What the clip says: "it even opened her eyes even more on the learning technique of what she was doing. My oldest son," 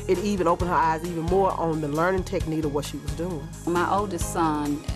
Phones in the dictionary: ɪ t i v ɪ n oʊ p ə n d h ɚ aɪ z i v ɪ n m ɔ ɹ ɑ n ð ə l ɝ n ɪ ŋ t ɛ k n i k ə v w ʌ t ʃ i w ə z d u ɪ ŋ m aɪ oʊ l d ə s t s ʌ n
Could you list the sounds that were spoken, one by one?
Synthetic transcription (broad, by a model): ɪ t i v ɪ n oʊ p ə n d h ɚ aɪ z i v ɪ n m ɔ ɹ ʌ n ð ə l ɝ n ɪ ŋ t ɛ k n i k ə v w ʌ t ʃ i w ə z d u ɪ ŋ m aɪ oʊ l d ə s t s ʌ n